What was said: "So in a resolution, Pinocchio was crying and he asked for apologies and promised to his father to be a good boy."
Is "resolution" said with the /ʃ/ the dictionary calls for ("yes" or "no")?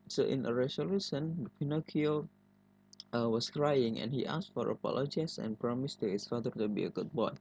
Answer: no